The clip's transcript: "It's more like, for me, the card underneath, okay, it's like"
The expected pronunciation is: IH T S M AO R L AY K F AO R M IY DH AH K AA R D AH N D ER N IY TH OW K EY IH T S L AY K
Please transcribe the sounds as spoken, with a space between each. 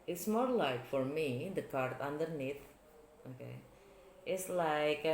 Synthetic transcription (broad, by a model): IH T S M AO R L AY K F AO R M IY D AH K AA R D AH N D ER N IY T OW K EY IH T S L AY K